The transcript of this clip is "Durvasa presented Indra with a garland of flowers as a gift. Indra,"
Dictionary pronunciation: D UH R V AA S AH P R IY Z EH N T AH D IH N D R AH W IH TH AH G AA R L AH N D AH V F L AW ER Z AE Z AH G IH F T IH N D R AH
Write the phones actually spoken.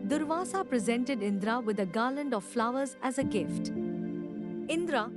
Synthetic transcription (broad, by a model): D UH R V AA S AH P R IY Z EH N T AH D IH N D R AH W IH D AH G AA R L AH N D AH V F L AW ER Z AE Z AH G IH F T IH N D R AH